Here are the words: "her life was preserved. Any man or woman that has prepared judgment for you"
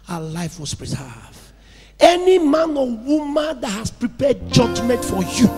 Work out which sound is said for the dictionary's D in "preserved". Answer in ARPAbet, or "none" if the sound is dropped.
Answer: none